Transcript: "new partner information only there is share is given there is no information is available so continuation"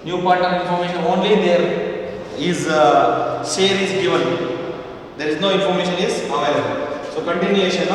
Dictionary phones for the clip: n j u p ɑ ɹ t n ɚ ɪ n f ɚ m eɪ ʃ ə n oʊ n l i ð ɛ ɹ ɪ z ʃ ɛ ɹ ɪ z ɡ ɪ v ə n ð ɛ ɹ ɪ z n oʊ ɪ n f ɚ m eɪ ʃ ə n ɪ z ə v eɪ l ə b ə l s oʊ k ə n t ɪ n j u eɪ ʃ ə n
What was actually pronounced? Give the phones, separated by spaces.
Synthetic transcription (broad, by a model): n j u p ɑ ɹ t ɚ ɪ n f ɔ m eɪ ʃ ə n oʊ n l i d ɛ ɹ ɪ z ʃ ɛ ɹ ɪ z ɡ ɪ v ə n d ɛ ɹ ɪ z n oʊ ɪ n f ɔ m eɪ ʃ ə n ɪ z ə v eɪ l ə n s oʊ k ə n t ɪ n j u eɪ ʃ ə n